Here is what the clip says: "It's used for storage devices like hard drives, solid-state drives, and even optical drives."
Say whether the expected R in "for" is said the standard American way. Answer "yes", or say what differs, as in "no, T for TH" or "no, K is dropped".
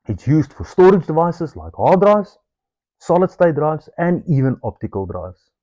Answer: yes